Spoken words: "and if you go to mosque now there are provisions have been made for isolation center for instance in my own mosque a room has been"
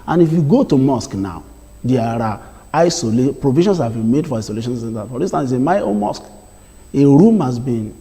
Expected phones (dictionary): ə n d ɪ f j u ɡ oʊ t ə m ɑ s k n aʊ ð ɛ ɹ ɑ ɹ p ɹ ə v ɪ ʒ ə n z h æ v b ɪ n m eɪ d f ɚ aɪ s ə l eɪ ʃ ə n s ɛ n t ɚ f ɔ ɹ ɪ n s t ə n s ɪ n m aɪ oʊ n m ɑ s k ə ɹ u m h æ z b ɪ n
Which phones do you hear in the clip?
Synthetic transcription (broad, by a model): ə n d ɪ f j u ɡ oʊ t ə m ɑ s k n aʊ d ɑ ɹ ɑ l p ɹ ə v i ʃ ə n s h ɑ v b ɪ n m eɪ d f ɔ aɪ s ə l eɪ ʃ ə n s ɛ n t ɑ f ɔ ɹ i s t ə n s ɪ m aɪ oʊ n m ɑ s k ə ɹ u m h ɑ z b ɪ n